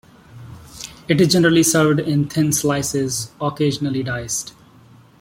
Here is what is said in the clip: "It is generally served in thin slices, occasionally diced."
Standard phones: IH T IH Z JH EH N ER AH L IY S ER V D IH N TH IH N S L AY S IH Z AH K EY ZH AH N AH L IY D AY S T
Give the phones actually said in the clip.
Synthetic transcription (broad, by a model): IH T IH Z JH EH N ER AH L IY S ER V D IH N T IH N S L AY S IH Z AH K EY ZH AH N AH L IY D AY S T